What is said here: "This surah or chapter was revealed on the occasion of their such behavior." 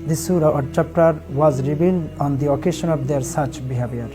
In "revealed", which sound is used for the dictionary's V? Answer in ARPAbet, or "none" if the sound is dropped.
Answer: B